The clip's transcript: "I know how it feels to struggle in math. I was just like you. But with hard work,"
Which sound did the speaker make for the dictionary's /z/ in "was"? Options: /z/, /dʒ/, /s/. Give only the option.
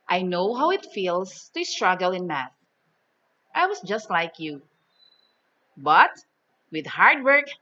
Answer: /s/